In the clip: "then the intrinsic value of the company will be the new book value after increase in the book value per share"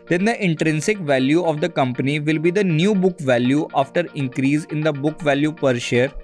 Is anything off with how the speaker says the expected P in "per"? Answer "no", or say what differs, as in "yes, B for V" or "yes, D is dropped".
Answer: no